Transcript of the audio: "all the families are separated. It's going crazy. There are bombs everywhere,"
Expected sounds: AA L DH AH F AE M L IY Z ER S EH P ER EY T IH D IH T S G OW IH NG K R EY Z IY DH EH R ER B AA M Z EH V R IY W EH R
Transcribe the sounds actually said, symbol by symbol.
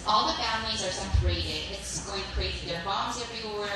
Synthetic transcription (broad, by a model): AA L DH AH F AE M L IY Z ER S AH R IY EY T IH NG IH T S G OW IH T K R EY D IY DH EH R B AA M Z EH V R IY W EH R